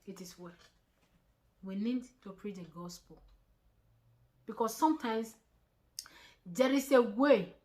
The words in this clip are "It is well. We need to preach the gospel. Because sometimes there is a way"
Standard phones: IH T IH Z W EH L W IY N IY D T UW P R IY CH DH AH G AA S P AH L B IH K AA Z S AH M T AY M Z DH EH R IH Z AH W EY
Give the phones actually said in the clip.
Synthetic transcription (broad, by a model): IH T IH S W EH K W IY N IY D T UW P R IY CH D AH G AA S P AH L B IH K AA S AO M T AY M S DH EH R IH S AH W EY